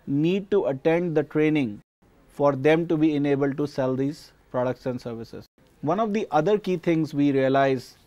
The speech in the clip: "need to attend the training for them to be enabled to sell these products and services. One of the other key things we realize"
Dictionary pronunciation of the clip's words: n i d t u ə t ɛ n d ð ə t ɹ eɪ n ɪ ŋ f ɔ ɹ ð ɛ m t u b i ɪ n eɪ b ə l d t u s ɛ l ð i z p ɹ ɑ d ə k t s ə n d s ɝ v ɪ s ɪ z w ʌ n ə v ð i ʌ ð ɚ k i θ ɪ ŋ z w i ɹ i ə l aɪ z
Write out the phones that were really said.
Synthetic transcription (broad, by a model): n i d t u ə t ɛ n d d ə t ɹ eɪ n ɪ ŋ f ɔ ɹ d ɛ m t u b i ɪ n eɪ b ə l d t u s ɛ l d i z p ɹ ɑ d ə k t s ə n s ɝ v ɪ s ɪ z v ʌ n ə v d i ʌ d ɚ k i t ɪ ŋ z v i ɹ i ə l aɪ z